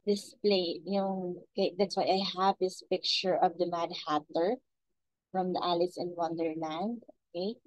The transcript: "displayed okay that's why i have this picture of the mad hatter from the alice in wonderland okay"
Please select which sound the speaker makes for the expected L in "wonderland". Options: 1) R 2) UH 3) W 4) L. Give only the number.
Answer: 4